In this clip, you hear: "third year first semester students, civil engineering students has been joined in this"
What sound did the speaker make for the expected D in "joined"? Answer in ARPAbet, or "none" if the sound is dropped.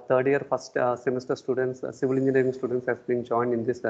D